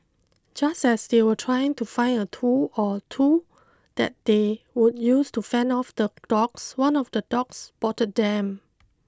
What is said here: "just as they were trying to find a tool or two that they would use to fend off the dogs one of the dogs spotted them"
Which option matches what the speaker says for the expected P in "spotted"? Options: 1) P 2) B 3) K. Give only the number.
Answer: 2